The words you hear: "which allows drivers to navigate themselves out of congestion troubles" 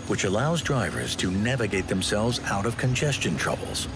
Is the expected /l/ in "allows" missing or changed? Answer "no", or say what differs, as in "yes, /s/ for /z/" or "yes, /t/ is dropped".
no